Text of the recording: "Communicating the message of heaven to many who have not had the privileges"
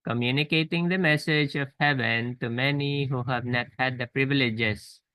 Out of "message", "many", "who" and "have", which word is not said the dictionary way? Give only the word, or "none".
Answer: none